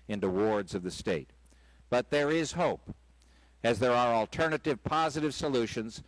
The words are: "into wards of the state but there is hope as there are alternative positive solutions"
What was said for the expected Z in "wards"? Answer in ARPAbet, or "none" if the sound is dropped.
Z